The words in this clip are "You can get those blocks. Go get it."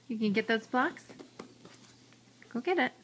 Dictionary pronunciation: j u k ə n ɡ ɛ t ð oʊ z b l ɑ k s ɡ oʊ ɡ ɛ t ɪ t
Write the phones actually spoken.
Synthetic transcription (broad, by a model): j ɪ k ə n ɡ ɛ t ð oʊ z b l ɑ k s ɡ oʊ ɡ ɛ t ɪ t